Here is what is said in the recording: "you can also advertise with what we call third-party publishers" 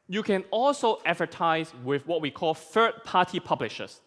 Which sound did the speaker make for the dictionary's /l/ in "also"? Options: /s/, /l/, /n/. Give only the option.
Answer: /l/